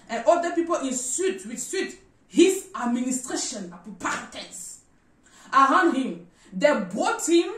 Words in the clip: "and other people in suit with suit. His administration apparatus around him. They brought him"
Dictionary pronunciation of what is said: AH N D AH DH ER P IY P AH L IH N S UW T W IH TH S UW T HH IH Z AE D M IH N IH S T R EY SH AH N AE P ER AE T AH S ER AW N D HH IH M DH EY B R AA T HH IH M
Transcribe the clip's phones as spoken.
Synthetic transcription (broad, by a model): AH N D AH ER P IY P AH L IH N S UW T W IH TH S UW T HH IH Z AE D M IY N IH S T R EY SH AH N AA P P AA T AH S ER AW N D HH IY M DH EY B AA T HH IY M